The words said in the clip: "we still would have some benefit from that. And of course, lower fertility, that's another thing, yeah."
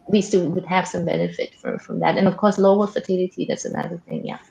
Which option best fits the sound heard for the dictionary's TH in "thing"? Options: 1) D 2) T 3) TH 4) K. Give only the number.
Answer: 3